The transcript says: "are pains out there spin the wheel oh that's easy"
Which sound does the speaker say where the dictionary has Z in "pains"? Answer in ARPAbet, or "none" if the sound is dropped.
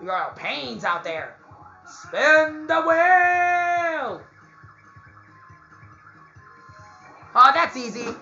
Z